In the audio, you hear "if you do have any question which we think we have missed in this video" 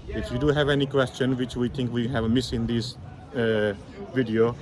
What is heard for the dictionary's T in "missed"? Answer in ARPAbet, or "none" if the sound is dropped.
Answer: none